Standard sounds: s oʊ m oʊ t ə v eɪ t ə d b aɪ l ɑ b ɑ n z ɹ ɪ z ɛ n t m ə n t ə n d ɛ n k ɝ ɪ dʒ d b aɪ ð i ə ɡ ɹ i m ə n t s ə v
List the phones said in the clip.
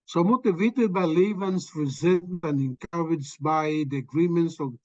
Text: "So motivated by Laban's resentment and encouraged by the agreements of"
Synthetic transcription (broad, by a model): s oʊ m oʊ t ə v eɪ t ə d b aɪ l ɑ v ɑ n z ɹ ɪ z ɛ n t ə n ə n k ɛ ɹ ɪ dʒ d b aɪ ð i ə ɡ ɹ i m ə n t s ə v